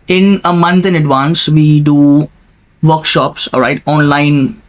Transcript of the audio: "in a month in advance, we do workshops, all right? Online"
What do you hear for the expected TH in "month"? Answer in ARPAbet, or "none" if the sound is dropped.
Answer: T